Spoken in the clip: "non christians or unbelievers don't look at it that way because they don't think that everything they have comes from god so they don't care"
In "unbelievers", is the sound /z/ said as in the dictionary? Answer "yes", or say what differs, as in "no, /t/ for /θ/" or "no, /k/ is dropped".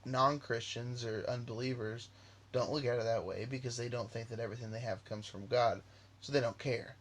yes